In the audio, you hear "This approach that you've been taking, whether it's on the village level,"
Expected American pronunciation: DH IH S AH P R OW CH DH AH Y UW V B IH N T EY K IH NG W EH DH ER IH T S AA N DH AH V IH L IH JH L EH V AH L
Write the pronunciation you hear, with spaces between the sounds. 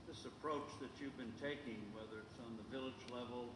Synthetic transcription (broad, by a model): DH IH S AH P R OW CH DH AH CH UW V B IH N T EY K IH NG W EH DH ER IH T S N DH AH V IH L IH JH L EH V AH L